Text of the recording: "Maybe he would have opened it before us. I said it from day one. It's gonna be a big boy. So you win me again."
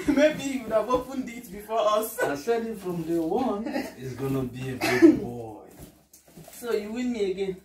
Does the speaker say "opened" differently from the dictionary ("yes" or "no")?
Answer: yes